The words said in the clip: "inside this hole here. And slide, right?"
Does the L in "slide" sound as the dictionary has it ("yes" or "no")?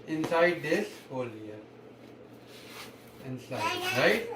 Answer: no